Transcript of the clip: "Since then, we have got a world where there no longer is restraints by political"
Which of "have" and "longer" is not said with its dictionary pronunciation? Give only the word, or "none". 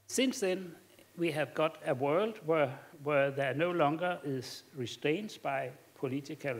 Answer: none